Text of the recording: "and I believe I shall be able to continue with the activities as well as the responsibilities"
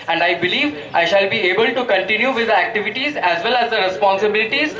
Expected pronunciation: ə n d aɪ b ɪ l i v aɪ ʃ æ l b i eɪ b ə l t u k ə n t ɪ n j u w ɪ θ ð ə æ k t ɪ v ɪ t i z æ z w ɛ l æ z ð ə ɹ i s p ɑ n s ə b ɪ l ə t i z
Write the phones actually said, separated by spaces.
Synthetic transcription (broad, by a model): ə n d aɪ b ɪ l i v aɪ ʃ æ l b i eɪ b ə l t u k ə n t ɪ n j u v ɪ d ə æ k t ɪ v ɪ t i z æ z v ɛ l æ z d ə ɹ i s p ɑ n s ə b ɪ l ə t i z